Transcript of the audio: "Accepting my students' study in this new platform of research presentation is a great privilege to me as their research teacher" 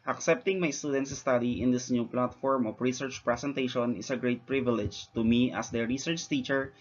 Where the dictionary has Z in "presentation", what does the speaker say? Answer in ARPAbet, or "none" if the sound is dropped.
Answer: S